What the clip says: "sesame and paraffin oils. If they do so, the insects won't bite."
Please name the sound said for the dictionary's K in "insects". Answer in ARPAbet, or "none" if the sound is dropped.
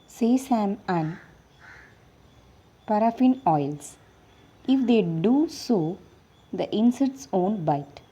none